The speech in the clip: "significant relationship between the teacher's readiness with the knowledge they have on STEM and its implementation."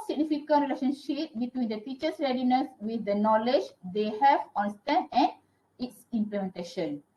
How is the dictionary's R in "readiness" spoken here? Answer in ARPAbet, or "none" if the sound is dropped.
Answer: R